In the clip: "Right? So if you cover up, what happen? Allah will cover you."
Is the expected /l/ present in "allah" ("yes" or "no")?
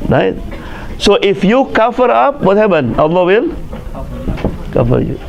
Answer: no